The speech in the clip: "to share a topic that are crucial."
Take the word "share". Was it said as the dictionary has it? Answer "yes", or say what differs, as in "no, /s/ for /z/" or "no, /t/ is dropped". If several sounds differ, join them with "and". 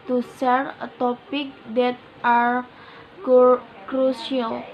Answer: no, /s/ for /ʃ/